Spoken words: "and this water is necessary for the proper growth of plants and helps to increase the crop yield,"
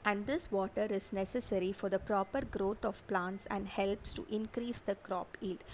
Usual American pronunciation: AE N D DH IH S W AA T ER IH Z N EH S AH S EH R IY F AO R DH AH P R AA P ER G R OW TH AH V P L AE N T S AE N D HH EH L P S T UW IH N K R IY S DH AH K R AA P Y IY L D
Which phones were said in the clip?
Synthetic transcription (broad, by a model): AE N D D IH S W AA T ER IH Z N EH S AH S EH R IY F AO R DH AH P R AA P ER G R OW T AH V P L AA N T S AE N D HH EH L P S T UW IH N K R IY S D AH K R AA P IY L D